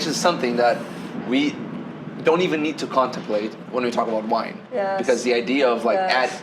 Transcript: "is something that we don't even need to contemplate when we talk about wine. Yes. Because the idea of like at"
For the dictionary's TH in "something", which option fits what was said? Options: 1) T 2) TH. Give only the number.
2